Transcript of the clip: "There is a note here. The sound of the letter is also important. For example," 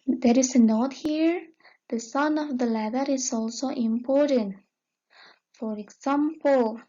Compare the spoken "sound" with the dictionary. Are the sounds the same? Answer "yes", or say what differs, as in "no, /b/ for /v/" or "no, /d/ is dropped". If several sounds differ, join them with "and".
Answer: no, /d/ is dropped